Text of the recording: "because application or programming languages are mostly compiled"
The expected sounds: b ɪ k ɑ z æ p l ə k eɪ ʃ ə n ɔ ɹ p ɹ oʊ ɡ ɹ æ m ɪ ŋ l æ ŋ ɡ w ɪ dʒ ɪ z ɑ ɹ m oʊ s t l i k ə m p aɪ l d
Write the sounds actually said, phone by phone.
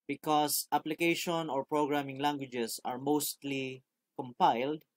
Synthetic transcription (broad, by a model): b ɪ k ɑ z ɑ p l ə k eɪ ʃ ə n ɔ ɹ p ɹ oʊ ɡ ɹ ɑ m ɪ ŋ l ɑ ŋ ɡ w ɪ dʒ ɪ s ɑ ɹ m oʊ s t l i k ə m p aɪ l d